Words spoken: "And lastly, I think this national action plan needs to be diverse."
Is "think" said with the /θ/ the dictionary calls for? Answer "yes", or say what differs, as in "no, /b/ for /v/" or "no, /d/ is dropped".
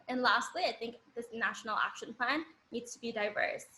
yes